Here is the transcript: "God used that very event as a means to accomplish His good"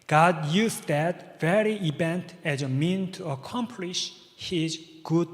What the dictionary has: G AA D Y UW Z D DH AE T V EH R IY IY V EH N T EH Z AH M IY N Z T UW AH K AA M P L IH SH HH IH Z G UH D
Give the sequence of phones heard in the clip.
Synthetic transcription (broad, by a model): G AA D Y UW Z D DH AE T V EH R IY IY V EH N T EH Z AH M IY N T UW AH K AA M P L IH SH HH IH Z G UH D